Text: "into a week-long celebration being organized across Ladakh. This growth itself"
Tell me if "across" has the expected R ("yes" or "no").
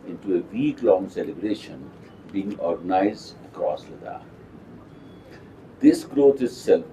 no